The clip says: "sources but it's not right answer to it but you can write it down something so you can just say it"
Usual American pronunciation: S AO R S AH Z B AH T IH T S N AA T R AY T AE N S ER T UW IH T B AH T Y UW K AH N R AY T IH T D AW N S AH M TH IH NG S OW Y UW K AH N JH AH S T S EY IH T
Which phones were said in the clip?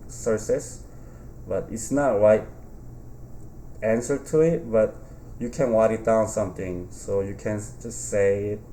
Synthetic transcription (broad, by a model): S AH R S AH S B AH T IH T S N AA T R AY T AE N S ER T UW IH T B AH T Y UW K AH N W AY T IH T D AW N S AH M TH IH NG S OW Y UW K AH N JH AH S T S EY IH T